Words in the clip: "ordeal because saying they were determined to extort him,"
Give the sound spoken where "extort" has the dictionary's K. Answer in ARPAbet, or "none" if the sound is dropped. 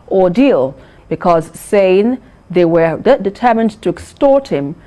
K